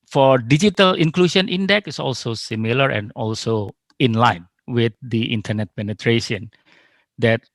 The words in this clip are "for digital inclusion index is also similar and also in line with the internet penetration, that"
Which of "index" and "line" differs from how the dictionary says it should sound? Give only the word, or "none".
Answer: index